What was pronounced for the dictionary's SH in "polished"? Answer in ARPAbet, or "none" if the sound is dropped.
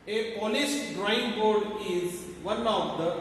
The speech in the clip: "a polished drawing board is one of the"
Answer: S